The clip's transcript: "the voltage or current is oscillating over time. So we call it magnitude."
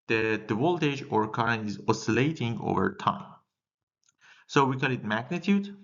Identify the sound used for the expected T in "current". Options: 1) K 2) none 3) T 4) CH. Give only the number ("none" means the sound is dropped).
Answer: 2